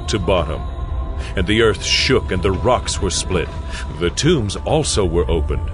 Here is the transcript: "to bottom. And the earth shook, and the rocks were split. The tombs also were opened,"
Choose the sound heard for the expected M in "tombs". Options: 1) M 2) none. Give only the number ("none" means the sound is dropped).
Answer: 1